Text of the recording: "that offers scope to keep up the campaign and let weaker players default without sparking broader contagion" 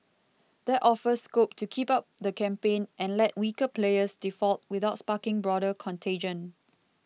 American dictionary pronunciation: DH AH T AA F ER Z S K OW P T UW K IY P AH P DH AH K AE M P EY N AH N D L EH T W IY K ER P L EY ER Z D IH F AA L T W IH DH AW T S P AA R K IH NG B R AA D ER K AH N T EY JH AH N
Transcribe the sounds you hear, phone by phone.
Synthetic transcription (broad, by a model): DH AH T AA F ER S K OW P T UW K IY P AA P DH AH K AE M P EY N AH N L EH T W IY K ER P L EY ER S D IH F AA L T W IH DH AW T S P AA K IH NG B R AA D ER K AH N T EY JH AH N